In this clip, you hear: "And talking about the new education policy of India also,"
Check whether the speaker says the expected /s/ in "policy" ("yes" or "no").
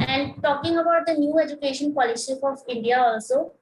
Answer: no